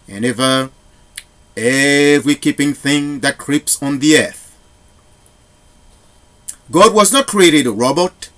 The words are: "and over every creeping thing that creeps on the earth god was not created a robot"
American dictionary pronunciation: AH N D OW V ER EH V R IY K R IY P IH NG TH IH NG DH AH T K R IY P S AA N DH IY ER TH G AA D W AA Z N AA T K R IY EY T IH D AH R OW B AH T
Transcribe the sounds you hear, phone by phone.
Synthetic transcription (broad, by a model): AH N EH V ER EH V R IY K IY P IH NG TH IH NG DH AH T K R IY P S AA N DH IY ER TH G AA D W AA Z N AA T K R IY EY T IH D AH R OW B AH T